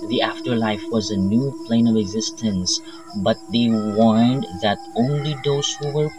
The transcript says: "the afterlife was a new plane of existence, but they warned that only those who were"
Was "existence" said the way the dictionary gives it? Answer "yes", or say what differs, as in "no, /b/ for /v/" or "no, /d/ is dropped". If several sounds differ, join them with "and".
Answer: yes